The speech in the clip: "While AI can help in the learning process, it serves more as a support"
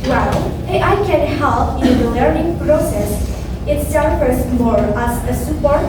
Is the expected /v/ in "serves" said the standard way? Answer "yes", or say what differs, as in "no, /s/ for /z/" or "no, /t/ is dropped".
no, /v/ is dropped